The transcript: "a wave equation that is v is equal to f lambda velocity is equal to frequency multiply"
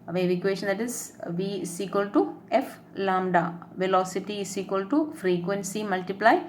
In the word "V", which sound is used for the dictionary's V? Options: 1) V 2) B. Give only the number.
1